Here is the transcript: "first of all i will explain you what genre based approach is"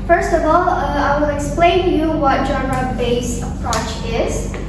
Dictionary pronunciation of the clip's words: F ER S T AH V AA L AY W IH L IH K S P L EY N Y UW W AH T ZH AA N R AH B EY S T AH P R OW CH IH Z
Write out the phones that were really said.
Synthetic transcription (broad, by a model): F ER S T AH V AA L AY W IH L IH K S P L EY N Y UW W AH T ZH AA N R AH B EY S AH P R OW CH IH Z